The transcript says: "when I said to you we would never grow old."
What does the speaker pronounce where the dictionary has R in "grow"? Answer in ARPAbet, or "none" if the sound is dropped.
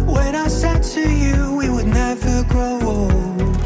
none